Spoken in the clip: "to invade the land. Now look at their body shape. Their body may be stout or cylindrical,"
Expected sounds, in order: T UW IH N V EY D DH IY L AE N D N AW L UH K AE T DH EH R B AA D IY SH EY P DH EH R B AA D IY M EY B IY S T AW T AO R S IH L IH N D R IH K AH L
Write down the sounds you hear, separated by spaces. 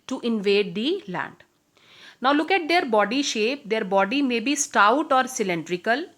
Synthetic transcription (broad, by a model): T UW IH N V EY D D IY L AE N D N AW L UH K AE T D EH R B AA D IY SH EY P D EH R B AA D IY M EY B IY S T AW T AO R S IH L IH N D R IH K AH L